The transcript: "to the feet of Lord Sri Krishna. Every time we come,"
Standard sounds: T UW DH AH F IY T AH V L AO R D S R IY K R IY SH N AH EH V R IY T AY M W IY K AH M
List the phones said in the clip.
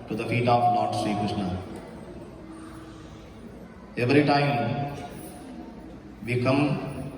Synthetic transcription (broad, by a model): T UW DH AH F IY T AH F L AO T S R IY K UH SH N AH EH V R IY T AY M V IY K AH M